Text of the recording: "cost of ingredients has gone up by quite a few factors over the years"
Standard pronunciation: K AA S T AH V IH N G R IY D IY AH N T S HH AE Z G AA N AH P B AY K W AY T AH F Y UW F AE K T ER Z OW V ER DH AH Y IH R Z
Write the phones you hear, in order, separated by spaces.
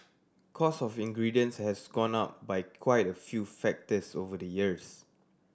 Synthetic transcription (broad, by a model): K AA S AH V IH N G R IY D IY AH N S HH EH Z G AA N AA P B AY K W AY T AH F Y UW F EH K T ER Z OW V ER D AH Y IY R S